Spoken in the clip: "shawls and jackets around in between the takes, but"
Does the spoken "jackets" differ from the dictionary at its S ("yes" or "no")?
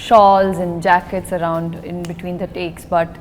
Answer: no